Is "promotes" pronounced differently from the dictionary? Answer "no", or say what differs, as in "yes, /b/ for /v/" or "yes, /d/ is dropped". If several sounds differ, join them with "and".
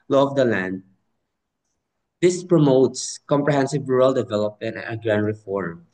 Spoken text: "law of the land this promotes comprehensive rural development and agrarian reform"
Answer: no